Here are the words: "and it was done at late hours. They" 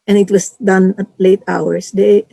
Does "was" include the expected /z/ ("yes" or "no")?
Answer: no